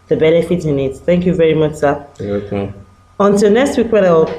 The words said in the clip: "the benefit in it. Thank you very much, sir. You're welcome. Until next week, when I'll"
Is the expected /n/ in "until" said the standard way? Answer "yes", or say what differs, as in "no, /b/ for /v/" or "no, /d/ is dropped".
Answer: yes